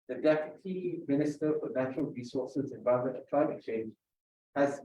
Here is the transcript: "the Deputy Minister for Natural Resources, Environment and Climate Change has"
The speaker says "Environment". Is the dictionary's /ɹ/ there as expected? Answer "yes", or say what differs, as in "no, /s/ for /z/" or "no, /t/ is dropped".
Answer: no, /ɹ/ is dropped